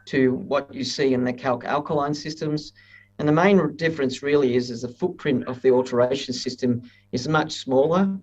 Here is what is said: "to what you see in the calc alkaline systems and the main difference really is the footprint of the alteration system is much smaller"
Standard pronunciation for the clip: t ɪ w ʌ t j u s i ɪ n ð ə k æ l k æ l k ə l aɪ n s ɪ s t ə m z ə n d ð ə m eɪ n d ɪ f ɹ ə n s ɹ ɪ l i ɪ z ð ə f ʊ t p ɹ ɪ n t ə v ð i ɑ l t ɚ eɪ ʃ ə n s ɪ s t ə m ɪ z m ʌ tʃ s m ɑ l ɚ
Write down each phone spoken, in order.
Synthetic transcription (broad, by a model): t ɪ w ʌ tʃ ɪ s i ɪ n ð ə k æ l k æ l k ə l aɪ n s ɪ s t ə m z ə n ð ə m eɪ n d ɪ f ɹ ə n s ɹ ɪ l i ɪ z ð ə f ʊ t p ɹ ɪ n t ə v ð i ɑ l t ɚ eɪ ʃ n s ɪ s t ə m ɪ z m ʌ tʃ s m ɑ l ɚ